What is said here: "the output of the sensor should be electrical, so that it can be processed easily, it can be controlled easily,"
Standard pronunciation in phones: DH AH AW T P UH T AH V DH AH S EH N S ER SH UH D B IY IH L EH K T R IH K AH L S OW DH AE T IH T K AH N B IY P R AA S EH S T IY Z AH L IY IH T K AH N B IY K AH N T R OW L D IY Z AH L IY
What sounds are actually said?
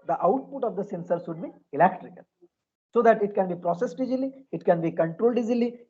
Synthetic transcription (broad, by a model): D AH AW T P UH T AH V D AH S EH N S ER S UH D B IY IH L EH K T R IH K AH L S OW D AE T IH T K AH N B IY P R AA S EH S T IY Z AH L IY IH T K AH N B IY K AH N T R OW L D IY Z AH L IY